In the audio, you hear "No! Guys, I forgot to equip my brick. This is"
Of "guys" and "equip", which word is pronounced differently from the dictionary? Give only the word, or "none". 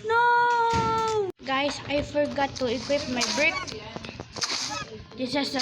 guys